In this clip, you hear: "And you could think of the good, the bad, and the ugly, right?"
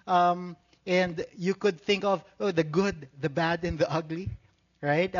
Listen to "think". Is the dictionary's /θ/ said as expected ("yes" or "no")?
yes